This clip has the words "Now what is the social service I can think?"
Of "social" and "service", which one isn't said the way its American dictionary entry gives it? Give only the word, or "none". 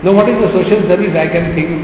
service